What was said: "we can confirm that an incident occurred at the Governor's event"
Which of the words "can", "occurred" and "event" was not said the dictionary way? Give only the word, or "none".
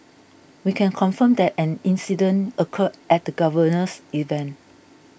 occurred